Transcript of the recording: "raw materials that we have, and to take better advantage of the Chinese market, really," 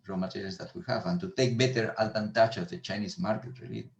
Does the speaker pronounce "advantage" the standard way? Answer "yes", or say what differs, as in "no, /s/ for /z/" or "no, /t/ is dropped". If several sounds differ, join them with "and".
no, /tʃ/ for /dʒ/